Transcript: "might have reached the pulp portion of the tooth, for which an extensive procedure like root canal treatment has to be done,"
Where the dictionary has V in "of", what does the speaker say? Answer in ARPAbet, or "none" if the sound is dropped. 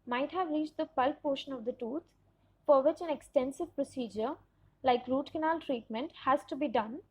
V